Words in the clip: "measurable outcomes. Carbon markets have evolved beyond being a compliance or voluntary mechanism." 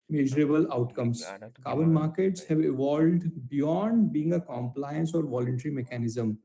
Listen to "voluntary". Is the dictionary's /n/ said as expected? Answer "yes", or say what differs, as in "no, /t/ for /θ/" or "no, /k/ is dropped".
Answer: yes